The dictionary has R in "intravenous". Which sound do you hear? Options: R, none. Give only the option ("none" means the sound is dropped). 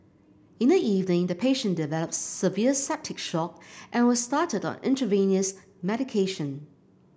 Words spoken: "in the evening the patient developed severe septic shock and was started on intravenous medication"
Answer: none